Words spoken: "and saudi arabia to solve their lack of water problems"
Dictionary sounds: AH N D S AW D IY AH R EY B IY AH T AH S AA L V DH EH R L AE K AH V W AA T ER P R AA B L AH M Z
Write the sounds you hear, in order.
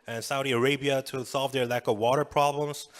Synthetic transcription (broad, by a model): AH N S AW D IY AH R EY B IY AH T AH S AA L V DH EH R L AE K AH V W AA T ER P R AA B L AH M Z